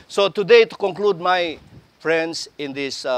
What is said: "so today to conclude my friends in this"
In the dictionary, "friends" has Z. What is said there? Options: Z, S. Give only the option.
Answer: S